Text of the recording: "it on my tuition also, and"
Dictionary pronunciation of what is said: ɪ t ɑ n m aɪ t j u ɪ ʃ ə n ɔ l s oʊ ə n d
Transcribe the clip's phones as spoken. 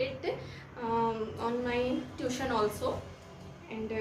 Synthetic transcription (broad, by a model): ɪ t ɑ n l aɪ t j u ʃ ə n ɔ l s oʊ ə n d